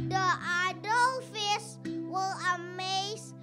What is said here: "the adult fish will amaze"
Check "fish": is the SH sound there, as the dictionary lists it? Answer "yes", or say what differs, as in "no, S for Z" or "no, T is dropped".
no, S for SH